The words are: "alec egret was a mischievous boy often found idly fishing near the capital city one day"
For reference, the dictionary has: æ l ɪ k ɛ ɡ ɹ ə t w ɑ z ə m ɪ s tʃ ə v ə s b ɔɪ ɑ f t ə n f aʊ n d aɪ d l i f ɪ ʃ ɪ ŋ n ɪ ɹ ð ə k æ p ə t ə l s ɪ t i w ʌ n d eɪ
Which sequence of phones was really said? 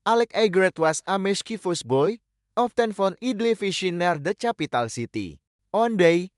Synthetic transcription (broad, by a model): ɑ l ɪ k ɛ ɡ ɹ ə t w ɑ s ə m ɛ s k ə f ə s b ɔɪ ɑ f t ə n f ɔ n i d l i f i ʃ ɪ n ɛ ɹ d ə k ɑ p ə t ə l s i t i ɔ n d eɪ